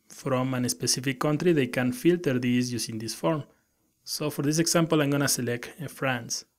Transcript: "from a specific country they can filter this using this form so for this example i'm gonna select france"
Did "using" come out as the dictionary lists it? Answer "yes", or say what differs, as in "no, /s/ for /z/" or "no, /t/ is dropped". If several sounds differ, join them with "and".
no, /s/ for /z/